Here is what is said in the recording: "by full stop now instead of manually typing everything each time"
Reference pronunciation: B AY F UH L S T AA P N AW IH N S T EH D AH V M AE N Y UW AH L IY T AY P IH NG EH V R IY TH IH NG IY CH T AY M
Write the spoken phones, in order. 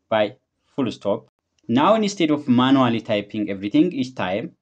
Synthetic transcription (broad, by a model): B AY F UH L S T AA P N AW IH N S T EH D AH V M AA N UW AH L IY T AY P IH NG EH V R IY T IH NG IY CH T AY M